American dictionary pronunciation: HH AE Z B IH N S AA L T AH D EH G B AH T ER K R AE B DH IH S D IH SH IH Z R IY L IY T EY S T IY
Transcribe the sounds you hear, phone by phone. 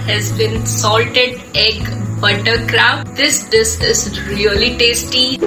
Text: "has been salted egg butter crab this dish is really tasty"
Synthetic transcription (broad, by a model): HH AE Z B IH N S AA L T AH D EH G B AH T ER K R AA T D IH S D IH S IH Z R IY L IY T EY S T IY